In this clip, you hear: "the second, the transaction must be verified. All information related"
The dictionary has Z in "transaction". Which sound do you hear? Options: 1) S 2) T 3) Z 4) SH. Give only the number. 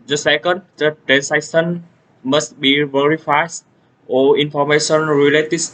1